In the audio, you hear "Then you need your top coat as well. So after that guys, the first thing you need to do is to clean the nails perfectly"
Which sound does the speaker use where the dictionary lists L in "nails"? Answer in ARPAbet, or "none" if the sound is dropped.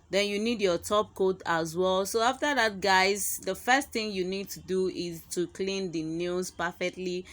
none